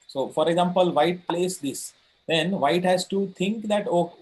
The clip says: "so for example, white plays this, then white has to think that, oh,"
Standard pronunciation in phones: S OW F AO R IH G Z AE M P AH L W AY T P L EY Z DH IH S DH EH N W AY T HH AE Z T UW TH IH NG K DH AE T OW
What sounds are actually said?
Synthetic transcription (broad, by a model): S OW F AO R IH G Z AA M P AH L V AY T P L EY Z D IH S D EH N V AY T HH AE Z T UW T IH NG K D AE T OW